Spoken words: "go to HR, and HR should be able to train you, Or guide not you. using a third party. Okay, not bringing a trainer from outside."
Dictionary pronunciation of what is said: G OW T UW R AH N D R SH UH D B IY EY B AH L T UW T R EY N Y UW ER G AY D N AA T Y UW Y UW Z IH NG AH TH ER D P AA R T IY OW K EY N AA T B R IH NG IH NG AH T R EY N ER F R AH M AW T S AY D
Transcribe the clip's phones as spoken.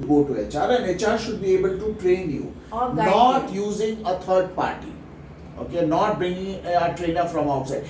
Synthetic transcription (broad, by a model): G OW T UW R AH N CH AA SH UH D B IY EY B AH L T UW T R EY N Y UW N AA T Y Y UW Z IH NG AH T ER D P AA R T IY OW K EY N AA T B IH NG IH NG AH T R EY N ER F R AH M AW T S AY D